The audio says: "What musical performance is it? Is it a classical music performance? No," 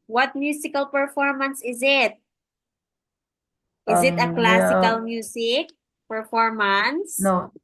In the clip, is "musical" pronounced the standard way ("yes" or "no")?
no